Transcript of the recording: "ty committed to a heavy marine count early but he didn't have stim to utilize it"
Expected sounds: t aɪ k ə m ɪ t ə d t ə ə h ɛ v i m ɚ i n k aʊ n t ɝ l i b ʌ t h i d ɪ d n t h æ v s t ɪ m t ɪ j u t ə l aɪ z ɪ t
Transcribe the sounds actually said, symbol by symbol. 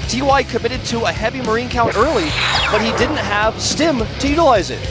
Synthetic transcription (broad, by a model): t aɪ k ə m ɪ t ə d t ə ə h ɛ v i m ɚ i n k aʊ n t ɝ l i b ʌ t h i d ɪ d n t h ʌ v s t ɪ m t ɪ j u t ə l aɪ z ɪ t